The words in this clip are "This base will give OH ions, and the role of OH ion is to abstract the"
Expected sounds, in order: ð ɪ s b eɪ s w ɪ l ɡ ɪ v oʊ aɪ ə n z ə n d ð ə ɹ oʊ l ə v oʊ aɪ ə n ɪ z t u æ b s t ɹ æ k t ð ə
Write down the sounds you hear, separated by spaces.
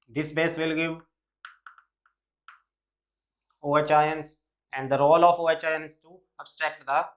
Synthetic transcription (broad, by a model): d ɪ s b eɪ s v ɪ l ɡ ɪ v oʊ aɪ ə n s ə n d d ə ɹ oʊ l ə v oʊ aɪ ə n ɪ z t u æ b s t ɹ æ k t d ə